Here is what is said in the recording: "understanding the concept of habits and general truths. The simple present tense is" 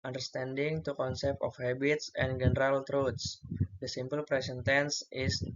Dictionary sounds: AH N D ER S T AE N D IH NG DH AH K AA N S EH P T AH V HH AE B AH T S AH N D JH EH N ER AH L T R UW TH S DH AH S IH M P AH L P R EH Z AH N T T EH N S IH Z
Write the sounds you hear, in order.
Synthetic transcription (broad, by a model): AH N D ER S T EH N D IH NG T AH K AA N S EH P T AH F HH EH B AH T S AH N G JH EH N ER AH L T R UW T S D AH S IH M P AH L P R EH S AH N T T EH N S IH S